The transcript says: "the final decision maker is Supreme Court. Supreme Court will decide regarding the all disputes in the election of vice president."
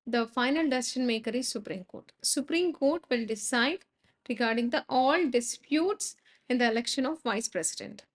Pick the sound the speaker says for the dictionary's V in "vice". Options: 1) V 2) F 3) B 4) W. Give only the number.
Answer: 1